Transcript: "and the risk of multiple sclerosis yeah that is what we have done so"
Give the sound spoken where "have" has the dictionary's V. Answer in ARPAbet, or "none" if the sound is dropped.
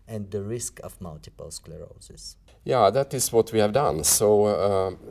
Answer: V